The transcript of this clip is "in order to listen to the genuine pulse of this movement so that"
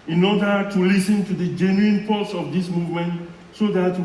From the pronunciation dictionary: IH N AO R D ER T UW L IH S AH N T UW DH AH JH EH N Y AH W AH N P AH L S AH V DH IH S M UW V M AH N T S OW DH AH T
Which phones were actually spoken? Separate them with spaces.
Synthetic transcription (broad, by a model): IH N AO D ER T UW L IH S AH N T UW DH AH JH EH N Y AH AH N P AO S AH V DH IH S M UW V M AH N T S OW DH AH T